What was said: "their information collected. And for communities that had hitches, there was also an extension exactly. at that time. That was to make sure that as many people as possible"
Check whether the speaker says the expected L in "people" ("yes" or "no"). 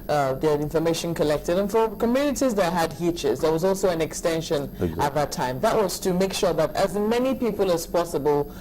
yes